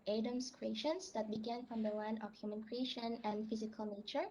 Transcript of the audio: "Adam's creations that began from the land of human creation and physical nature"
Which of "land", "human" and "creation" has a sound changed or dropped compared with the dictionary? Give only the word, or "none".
land